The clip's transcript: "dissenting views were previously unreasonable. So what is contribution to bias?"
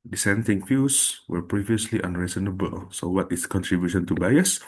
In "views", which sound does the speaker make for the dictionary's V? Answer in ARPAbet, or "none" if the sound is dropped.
F